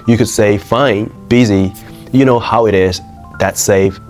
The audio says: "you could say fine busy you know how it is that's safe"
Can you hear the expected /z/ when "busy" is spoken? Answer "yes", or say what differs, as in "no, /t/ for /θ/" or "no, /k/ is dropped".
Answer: yes